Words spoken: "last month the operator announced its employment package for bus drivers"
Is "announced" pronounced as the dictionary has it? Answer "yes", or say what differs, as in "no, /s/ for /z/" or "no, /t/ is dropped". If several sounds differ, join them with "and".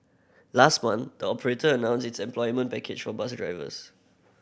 no, /t/ is dropped